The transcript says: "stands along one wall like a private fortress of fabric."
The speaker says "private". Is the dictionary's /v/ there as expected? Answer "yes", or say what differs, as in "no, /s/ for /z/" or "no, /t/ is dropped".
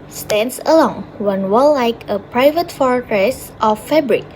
yes